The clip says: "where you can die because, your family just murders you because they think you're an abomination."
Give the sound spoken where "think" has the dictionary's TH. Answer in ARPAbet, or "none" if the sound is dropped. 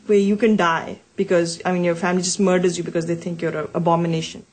T